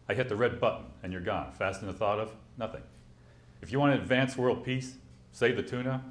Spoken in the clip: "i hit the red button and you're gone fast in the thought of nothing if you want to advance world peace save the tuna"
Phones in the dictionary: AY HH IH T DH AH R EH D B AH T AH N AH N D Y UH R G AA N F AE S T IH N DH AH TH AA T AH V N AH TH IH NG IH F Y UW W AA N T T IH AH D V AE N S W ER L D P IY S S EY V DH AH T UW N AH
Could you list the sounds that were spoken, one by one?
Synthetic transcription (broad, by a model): AY HH IH T DH AH R EH D B AH T N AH N Y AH R G AA N F AE S T IH N DH AH TH AA T AH V N AH TH IH NG IH F Y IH W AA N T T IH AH D V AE N S W ER L D P IY S S EY V DH AH T UW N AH